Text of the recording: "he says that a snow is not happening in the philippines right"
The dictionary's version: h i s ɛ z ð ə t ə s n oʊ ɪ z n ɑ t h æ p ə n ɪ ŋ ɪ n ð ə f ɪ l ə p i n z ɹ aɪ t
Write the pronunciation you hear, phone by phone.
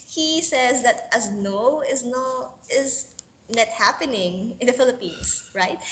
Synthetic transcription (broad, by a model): h i s ɛ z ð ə t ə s n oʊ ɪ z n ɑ t h æ p ə n ɪ ŋ ɪ n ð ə f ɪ l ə p i n s ɹ aɪ t